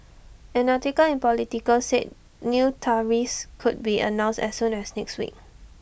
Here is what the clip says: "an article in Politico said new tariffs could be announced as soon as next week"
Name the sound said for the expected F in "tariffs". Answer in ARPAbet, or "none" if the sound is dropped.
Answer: none